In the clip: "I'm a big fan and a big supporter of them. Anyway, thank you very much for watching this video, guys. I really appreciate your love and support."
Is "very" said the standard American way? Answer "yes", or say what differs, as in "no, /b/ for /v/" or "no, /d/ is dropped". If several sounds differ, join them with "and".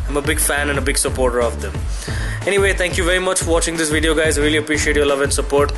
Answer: yes